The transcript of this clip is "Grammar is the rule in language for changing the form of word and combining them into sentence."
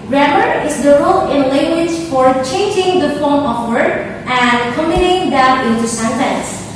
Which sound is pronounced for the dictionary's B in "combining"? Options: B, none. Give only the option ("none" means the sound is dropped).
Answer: none